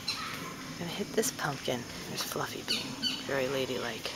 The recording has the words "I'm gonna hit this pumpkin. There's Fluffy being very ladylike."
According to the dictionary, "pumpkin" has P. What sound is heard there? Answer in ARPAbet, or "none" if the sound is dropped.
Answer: P